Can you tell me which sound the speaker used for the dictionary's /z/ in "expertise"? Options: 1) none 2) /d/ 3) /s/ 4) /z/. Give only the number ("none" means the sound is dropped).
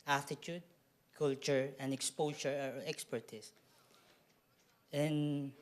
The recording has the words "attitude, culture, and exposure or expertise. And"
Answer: 3